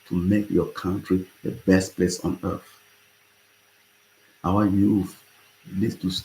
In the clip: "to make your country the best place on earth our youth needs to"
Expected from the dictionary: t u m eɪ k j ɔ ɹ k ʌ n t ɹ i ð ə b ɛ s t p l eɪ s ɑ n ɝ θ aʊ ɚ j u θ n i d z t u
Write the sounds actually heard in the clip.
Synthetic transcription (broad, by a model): t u m eɪ k j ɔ k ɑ n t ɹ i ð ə b ɛ s t p l eɪ s ɑ n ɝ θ aʊ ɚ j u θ l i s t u